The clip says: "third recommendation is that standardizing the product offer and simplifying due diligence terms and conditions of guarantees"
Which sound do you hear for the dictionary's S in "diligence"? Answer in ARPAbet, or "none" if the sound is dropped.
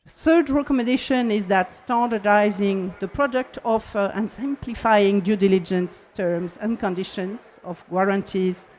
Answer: S